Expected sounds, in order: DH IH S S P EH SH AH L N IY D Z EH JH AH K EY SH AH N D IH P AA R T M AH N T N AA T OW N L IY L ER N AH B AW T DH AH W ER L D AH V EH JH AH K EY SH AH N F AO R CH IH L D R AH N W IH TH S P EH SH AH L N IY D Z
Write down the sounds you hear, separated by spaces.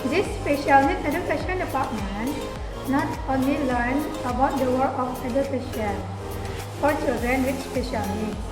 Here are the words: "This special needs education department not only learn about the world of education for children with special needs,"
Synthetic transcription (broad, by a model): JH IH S S P EH SH AH L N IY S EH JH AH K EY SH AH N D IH P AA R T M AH N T N AA T OW N L IY L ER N AH B AW T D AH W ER D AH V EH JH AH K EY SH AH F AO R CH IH L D R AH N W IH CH S P EH SH AH L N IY